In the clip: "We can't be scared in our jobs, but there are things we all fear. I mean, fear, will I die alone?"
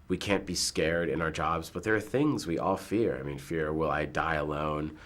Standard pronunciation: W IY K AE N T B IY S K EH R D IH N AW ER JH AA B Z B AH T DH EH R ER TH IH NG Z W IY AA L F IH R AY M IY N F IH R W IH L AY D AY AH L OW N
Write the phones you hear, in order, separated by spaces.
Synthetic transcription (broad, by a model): W IY K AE N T B IY S K EH R D IH N AW ER JH AA B Z B AH T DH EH R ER TH IH NG Z W IY AA L F IH R AY M IY N F IH R W IH L AY D AY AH L OW N